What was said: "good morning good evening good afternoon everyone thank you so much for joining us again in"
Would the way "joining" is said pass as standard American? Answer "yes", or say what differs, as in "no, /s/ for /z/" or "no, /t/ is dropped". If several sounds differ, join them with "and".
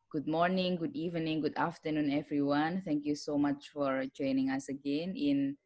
yes